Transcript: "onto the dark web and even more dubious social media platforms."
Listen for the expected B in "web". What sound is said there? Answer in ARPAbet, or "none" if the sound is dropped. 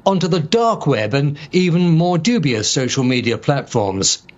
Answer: B